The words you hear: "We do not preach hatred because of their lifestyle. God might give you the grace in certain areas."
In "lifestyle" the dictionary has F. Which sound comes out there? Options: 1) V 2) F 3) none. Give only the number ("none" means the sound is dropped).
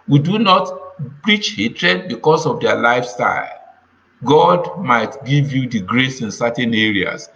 2